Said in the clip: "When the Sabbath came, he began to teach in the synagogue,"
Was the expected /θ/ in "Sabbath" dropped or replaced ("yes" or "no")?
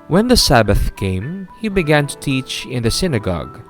no